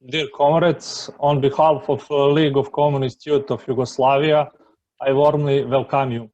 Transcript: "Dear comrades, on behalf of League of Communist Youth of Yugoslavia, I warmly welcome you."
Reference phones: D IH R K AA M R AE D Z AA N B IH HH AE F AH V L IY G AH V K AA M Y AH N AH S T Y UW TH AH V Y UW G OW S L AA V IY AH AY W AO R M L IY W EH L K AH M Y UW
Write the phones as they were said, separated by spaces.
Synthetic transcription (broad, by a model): D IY R K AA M R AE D S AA N B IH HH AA F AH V L IY G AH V K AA M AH N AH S T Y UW T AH F Y UW G OW S L AA V IY AH AY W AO R M L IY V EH L K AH M Y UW